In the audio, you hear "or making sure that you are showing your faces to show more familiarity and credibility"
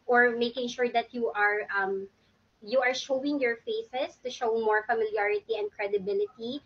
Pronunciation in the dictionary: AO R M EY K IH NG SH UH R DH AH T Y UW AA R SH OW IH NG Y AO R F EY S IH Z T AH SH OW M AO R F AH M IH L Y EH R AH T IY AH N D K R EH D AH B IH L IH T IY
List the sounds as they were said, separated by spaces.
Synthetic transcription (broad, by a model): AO R M EY K IH NG SH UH R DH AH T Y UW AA R SH OW IH NG Y AO R F EY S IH S T AH SH OW M AO R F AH M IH L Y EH R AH T IY AH N D K R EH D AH B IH L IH T IY